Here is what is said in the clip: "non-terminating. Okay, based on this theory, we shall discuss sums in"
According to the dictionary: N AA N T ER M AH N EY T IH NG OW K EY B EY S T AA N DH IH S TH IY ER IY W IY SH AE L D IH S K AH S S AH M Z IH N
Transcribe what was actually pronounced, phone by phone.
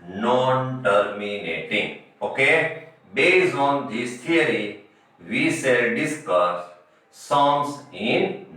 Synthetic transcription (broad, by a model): N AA N T ER M AH N EY T IH NG OW K EY B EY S AA N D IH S T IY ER IY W IY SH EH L D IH S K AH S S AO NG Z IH N